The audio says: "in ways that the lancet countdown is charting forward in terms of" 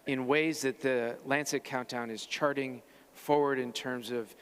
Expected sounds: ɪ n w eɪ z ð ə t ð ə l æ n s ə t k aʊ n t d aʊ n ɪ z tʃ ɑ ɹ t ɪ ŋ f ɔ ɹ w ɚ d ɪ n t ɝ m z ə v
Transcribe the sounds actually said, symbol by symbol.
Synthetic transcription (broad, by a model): ɪ n w eɪ z ð ə t ð ə l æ n s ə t k aʊ n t aʊ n ɪ z tʃ ɑ ɹ t ɪ ŋ f ɔ ɹ w ɚ d ɪ n t ɝ m z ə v